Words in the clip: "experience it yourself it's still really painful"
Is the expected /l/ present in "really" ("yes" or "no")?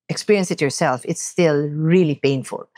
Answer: yes